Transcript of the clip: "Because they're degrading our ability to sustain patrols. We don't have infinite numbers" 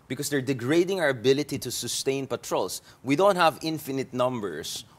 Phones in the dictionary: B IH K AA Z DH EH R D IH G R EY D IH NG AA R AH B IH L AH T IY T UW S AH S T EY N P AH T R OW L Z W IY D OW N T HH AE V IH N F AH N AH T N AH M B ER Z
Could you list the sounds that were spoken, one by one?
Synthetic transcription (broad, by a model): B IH K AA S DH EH R D IH G R EY D IH NG AA R AH B IH L AH T IY T UW S AH S T EY N P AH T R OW L S W IY D OW N T HH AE V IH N F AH N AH T N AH M B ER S